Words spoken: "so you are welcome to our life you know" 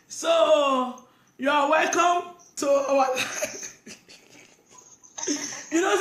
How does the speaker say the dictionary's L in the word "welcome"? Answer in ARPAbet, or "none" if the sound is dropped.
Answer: L